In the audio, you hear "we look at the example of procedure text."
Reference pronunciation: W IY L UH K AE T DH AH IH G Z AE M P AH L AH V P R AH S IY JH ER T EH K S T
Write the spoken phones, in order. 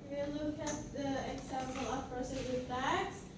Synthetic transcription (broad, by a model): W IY L UH K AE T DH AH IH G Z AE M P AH L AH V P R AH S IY ER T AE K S